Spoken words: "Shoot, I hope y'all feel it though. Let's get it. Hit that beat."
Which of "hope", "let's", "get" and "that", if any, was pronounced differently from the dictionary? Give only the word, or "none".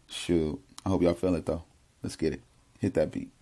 none